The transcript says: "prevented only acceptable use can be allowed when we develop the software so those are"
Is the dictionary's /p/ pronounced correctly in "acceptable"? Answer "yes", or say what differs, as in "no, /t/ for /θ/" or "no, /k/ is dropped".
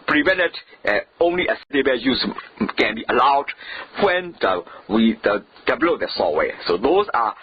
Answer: no, /p/ is dropped